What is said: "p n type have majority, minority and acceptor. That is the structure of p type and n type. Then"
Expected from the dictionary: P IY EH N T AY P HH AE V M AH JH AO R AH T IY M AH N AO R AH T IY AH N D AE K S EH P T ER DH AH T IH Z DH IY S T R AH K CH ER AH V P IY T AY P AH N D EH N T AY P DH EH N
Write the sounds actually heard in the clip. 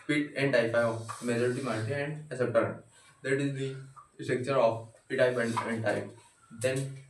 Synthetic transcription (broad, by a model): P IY EH N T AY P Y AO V M AH JH AO R AH T IY M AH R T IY AH N D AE S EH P T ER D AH T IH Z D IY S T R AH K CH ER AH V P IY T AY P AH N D EH N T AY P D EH N